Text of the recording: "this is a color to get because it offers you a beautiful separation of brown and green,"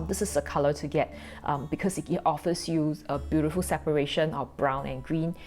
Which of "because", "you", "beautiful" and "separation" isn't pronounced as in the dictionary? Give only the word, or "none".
because